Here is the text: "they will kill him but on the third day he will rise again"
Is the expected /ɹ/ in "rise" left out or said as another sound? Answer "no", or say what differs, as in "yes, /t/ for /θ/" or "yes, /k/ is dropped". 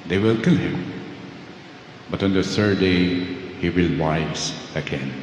yes, /w/ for /ɹ/